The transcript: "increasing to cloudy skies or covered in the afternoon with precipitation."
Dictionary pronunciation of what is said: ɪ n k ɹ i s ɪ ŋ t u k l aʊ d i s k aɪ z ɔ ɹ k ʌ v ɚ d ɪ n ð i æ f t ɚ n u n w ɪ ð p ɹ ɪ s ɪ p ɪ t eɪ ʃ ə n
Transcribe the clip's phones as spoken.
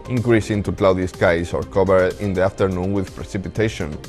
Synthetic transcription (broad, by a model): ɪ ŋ k ɹ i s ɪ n t u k l aʊ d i s k aɪ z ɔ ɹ k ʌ b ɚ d ɪ n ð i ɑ f t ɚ n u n w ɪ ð p ɹ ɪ s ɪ p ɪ t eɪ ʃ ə n